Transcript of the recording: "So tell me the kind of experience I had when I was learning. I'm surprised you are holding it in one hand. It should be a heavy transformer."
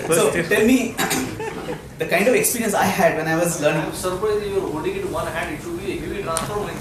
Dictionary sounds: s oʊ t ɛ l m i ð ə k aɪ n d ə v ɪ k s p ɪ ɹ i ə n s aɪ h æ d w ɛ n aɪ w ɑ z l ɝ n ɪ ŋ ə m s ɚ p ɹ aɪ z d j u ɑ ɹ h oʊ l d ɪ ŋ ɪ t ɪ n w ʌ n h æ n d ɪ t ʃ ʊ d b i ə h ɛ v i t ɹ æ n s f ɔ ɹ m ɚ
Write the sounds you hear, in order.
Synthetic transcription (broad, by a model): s oʊ t ɛ l m i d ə k aɪ n d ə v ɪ k s p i ɹ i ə n s aɪ h æ d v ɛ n aɪ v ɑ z l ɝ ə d s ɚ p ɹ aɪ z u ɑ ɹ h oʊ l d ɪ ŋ ɪ t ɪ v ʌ n h æ n d ɪ t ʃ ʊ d b i ə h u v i t ɹ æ n s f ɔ ɹ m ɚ